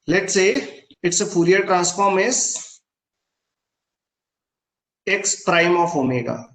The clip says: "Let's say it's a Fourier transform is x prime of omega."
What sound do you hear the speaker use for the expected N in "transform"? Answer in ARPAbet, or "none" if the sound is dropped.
N